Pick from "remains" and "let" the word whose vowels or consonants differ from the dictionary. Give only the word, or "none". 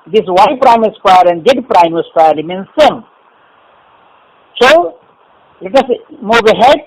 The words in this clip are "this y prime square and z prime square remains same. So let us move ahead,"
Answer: remains